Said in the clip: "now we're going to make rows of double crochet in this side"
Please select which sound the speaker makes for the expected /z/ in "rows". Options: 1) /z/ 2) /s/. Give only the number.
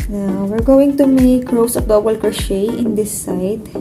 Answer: 2